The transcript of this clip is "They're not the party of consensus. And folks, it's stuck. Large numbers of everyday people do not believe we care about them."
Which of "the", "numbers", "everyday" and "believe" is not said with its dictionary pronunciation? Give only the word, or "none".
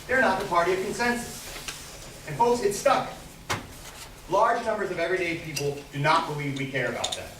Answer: none